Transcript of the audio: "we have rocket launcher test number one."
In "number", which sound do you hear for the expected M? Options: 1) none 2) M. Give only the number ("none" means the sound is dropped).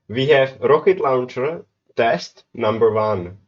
2